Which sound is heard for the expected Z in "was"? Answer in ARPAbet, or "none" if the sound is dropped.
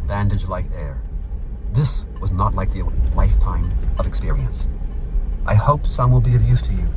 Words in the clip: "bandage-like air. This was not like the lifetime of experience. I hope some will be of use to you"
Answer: Z